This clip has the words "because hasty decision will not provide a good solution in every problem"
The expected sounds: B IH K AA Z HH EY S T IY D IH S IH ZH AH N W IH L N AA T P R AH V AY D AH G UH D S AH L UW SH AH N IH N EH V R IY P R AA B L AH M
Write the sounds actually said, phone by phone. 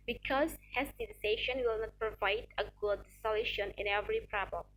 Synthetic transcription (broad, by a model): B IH K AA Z HH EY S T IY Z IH IH SH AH N W IH L N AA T P R AH V AY D AH G UH D S AH L UW SH AH N IH N EH V R IY P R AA B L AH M